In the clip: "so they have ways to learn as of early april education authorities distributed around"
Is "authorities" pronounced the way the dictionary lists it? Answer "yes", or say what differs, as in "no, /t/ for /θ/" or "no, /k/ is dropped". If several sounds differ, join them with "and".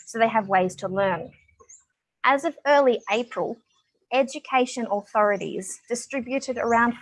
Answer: yes